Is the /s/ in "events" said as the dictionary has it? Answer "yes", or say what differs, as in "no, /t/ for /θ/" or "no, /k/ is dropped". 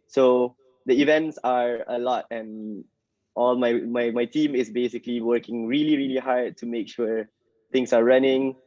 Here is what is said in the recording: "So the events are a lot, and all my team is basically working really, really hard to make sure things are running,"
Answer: yes